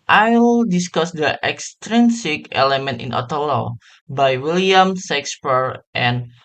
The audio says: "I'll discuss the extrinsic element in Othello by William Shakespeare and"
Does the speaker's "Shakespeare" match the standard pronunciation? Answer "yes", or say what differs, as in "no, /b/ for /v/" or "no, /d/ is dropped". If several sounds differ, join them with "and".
no, /s/ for /ʃ/